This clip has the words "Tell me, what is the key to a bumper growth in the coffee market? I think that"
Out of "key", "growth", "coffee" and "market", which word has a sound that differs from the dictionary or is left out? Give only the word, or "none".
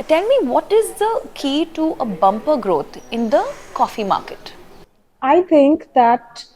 growth